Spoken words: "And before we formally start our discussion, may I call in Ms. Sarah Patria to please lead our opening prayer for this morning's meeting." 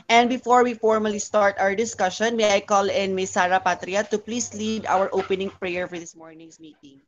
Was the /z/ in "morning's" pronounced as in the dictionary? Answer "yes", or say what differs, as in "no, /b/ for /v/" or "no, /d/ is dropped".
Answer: no, /s/ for /z/